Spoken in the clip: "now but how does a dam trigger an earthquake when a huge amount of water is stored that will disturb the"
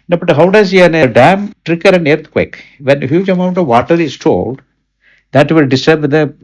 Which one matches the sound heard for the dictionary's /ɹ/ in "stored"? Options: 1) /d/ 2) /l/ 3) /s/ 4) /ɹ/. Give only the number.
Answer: 2